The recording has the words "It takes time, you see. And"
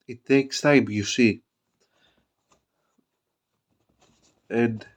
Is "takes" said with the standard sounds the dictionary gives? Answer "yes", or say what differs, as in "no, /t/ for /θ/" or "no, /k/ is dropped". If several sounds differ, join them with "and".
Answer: yes